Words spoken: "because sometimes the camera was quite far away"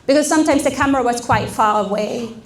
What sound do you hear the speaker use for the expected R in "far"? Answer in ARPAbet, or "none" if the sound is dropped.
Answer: L